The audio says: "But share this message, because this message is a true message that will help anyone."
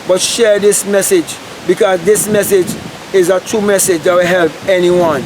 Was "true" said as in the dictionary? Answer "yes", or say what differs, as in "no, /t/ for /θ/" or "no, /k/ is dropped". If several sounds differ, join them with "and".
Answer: no, /ɹ/ is dropped